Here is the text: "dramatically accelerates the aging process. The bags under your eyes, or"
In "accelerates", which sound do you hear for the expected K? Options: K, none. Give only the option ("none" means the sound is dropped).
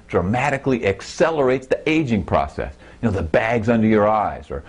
K